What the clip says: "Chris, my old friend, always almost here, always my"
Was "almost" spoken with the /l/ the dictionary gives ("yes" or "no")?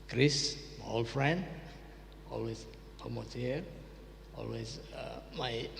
no